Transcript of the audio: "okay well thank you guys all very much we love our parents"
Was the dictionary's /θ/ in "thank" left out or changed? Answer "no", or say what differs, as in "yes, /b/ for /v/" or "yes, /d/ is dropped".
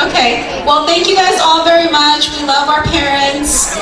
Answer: no